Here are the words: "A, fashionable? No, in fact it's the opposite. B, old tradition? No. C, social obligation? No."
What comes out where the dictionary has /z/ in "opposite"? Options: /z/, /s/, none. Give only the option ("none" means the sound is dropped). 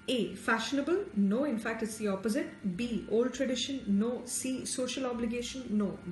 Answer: /z/